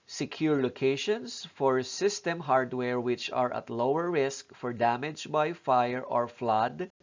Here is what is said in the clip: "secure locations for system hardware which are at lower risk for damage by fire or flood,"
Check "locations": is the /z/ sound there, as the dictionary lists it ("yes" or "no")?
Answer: no